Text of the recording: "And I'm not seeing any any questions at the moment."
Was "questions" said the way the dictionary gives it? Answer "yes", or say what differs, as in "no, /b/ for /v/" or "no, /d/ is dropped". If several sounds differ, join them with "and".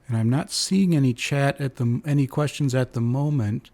yes